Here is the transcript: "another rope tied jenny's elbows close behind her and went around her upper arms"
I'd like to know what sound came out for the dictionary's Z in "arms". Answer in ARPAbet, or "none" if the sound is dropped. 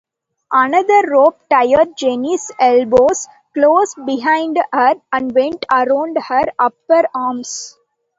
S